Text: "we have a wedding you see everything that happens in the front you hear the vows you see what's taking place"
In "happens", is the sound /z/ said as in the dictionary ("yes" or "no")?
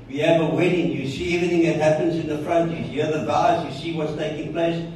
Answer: yes